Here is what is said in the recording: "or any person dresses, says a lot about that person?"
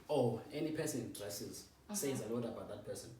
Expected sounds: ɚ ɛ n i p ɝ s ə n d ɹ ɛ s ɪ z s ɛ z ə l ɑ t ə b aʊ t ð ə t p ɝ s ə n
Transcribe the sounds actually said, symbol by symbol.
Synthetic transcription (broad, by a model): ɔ ɛ n i p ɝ s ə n d ɹ ɛ s ɪ z s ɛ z ə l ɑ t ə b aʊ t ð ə t p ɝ s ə n